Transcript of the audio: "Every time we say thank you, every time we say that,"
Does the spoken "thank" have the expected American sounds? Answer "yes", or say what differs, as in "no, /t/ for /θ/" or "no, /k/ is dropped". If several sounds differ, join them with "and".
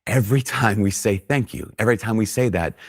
yes